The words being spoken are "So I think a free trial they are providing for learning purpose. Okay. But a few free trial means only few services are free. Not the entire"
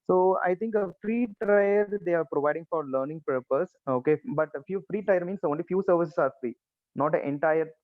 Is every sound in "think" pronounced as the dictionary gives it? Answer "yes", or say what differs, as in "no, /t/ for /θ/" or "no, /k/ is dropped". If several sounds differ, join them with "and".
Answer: no, /t/ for /θ/